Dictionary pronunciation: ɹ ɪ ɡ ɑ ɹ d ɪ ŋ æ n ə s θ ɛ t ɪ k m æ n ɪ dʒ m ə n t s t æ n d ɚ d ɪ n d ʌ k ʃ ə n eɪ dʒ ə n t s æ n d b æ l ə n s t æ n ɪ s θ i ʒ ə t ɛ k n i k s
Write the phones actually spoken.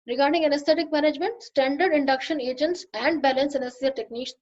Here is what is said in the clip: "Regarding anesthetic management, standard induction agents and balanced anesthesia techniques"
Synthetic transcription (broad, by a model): ɹ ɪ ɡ ɑ ɹ d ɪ ŋ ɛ n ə s t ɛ t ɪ k m æ n ɪ dʒ m ə n t s t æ n d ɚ d ɪ n d ʌ k ʃ ə n eɪ dʒ ə n t s æ n d b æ l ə n s ɛ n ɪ s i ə t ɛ k n i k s